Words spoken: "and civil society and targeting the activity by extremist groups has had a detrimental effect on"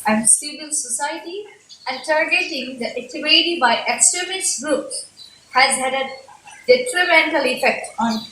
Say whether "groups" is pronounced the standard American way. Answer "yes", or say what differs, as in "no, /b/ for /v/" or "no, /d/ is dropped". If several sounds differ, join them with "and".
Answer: no, /s/ is dropped